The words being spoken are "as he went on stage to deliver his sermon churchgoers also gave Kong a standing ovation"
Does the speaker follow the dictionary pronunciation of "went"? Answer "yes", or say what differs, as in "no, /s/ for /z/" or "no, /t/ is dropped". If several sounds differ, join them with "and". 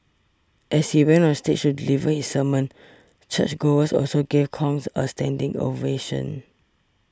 no, /t/ is dropped